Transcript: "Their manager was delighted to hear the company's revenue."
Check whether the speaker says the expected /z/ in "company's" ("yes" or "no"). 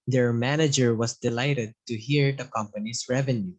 no